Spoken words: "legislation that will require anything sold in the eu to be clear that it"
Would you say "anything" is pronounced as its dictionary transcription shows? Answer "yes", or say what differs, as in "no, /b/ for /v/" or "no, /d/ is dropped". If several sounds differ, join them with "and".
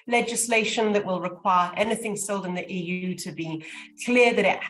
yes